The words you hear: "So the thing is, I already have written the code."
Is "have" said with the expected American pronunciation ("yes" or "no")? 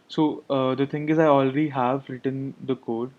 yes